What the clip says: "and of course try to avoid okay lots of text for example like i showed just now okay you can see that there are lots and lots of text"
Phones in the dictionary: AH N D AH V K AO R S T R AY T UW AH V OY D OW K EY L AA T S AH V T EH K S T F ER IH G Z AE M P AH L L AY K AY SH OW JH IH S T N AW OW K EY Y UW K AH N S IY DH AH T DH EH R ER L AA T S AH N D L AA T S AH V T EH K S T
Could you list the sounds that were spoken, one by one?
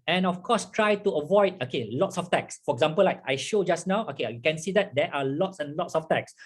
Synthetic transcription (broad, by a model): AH N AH F K AO S T R AY T UW AH V OY D OW K EY L AA T S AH F T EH K S F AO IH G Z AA M P AH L L AY K AY SH OW JH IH S N AW OW K EY Y UW K AH N S IY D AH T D EH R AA L AA T S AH N L AA T S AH F T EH K S